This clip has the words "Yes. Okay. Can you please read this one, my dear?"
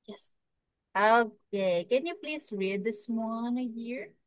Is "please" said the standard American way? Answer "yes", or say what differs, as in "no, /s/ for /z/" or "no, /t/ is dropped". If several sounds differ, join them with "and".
no, /s/ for /z/